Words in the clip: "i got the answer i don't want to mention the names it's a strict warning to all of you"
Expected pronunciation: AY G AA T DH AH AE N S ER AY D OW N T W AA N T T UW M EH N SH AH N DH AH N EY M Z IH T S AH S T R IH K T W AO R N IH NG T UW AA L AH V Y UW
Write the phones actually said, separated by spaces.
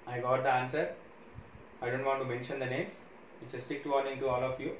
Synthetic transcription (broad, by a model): AY G AA T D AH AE N S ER AY D OW N T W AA N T T UW M EH N SH AH N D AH N EY M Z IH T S AH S T IH K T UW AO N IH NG T UW AA L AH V Y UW